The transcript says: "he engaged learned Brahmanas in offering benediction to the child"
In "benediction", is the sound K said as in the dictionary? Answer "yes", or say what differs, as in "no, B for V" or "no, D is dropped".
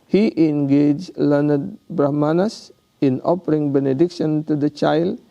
yes